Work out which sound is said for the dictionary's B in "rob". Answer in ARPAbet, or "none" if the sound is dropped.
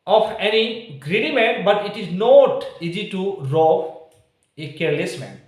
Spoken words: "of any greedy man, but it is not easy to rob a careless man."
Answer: none